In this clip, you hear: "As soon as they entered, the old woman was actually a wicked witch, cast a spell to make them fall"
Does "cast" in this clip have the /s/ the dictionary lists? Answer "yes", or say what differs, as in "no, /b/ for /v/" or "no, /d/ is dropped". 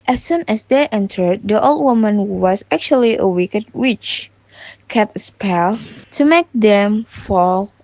no, /s/ is dropped